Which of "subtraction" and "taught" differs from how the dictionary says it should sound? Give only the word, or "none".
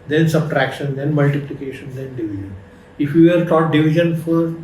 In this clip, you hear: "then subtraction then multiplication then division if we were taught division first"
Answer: none